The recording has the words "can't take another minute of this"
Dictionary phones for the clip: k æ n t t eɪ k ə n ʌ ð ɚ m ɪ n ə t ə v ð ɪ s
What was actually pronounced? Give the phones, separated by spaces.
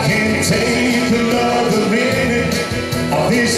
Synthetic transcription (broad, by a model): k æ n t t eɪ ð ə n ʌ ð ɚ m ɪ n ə ə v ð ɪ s